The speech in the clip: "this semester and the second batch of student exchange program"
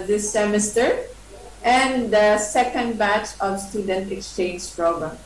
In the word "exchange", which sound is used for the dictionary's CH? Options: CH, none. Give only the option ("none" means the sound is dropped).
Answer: CH